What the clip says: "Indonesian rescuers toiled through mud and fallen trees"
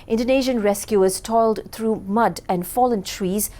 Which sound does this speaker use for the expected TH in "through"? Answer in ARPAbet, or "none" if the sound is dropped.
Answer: T